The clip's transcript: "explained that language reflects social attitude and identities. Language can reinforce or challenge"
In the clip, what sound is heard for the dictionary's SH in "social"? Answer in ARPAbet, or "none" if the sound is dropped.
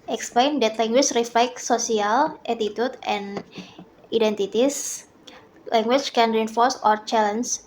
none